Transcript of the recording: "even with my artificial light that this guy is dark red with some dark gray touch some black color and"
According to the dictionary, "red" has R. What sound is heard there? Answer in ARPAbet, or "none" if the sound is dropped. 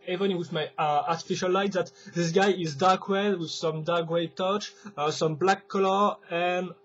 W